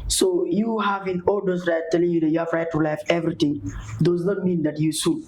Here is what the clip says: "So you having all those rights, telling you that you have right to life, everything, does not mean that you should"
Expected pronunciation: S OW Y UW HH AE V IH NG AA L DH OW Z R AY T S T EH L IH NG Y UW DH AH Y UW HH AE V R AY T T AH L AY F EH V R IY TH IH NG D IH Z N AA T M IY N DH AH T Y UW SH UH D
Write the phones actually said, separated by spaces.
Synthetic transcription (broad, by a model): S OW Y UW HH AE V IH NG AA L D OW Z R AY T T EH L IH NG Y UW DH Y UW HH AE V R AY T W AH L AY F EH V R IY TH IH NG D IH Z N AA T M IY N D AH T Y UW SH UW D